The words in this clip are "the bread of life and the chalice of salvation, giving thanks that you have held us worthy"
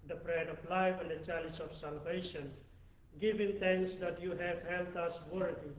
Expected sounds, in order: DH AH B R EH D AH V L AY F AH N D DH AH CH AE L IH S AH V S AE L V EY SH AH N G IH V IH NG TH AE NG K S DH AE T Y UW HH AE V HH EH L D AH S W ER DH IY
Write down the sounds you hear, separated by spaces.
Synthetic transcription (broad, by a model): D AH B R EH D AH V L AY F AH N D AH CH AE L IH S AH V S AE L V EY SH AH N G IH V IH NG T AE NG K S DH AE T Y UW HH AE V HH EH L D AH S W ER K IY